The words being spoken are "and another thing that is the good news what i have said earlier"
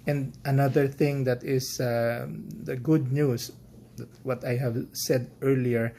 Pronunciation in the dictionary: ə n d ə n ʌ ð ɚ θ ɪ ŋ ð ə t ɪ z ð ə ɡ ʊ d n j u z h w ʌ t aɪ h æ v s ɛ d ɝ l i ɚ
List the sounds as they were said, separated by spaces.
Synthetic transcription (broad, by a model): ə n d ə n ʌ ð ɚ θ ɪ ŋ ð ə t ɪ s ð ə ɡ ʊ d n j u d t w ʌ t aɪ h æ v s ɛ d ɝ l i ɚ